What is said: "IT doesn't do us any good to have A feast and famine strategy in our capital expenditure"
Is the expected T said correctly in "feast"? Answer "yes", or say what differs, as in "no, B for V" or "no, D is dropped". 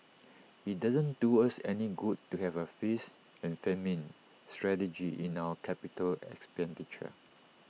no, T is dropped